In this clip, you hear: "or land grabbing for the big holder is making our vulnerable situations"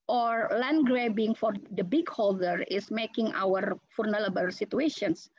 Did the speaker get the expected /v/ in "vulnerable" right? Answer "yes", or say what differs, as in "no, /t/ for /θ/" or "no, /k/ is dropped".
no, /f/ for /v/